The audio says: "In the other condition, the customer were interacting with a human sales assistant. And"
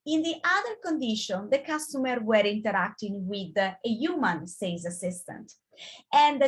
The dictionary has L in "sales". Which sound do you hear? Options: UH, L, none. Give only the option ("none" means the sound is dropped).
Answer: none